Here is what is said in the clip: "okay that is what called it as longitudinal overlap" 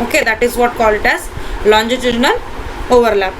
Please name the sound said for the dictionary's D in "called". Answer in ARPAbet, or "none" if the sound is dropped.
none